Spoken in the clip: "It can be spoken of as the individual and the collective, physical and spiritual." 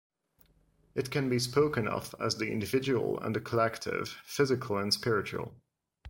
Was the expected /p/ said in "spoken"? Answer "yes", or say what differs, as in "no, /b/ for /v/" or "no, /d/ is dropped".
yes